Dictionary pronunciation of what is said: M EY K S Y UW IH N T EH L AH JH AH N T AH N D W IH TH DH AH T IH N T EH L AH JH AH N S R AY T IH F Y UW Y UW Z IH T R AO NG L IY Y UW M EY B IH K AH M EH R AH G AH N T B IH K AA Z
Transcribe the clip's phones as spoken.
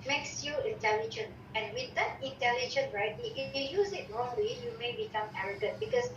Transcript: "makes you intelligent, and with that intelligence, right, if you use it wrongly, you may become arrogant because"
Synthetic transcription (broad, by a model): M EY K S Y UW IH N T EH L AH JH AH N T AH N W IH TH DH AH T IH N T EH L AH JH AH N R AY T IH F Y UW Y UW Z IH T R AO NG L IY Y UW M EY B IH K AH M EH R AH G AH T B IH K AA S